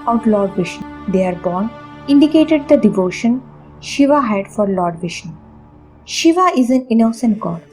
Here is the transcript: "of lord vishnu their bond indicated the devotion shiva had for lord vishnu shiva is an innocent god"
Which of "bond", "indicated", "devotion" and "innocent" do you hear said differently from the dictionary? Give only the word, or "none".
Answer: bond